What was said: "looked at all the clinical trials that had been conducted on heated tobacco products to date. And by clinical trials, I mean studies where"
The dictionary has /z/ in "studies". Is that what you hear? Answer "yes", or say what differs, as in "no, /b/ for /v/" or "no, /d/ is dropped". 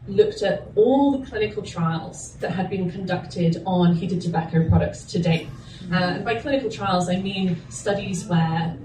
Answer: yes